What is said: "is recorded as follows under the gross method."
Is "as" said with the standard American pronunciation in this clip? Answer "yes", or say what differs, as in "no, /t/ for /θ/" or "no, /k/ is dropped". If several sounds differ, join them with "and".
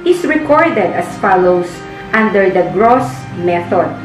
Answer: no, /s/ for /z/